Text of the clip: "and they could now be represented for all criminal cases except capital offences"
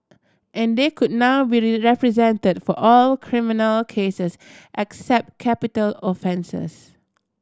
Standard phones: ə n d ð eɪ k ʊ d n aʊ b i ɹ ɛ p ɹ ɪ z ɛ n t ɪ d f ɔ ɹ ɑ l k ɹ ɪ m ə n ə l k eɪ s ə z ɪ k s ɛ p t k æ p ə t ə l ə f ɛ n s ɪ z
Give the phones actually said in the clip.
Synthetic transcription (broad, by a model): ə n d eɪ k ʊ d n aʊ b i ɹ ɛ p ɹ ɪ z ɛ n t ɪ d f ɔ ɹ ɑ l k ɹ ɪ m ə n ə l k eɪ s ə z ɪ k s ɛ p t k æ p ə t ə l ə f ɛ n s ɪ s